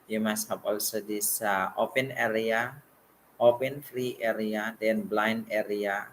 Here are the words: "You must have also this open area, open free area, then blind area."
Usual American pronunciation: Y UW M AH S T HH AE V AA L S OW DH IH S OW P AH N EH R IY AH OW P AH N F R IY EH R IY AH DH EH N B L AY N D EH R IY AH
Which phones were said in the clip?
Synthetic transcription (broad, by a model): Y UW M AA S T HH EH P AA L S OW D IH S OW P AH N EH R IY AH OW P AH N F R IY EH R IY AH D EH N B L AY N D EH R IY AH